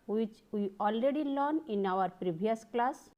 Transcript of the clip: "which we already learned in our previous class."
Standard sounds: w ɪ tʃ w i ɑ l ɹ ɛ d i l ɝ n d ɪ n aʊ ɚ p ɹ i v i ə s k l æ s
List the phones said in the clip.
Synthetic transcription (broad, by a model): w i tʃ w i ɑ l ɹ ɛ d i l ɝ n ɪ n aʊ ɚ p ɹ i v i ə s k l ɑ s